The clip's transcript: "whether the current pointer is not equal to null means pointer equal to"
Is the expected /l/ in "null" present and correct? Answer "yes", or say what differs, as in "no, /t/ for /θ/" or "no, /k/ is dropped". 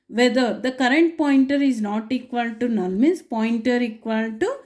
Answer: no, /n/ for /l/